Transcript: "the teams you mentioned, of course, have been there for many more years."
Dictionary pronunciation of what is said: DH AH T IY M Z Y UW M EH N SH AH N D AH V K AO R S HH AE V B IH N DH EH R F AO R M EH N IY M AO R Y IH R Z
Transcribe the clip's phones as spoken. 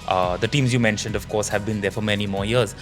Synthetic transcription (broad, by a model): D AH T IY M Z Y UW M EH N SH AH N D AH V K AO R S HH AE V B IH N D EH R F AO R M EH N IY M AO R Y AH R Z